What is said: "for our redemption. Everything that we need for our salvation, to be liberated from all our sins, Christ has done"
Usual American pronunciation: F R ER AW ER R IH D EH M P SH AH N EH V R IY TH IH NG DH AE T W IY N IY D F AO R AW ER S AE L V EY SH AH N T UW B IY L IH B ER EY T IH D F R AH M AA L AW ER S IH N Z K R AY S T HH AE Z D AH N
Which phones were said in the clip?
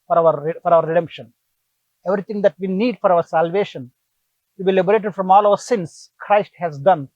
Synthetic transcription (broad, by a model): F R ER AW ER R IH D EH M P SH AH N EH V R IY T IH NG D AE T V IY N IY D F AO R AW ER S AE L V EY SH AH N T UW B IY L IH B ER EY T IH D F R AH M AA L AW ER S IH N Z K R AY S T HH AE Z D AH N